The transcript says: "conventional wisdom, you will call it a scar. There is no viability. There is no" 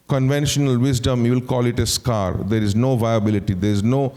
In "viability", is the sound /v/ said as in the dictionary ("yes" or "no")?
yes